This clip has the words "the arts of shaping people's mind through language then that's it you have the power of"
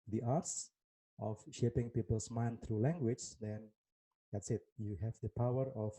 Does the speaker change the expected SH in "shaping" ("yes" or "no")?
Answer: no